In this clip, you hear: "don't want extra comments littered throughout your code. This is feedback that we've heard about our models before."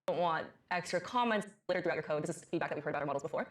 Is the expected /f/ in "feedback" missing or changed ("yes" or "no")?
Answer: no